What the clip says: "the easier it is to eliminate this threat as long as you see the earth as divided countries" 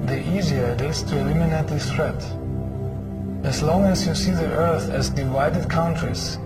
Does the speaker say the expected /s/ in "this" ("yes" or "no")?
no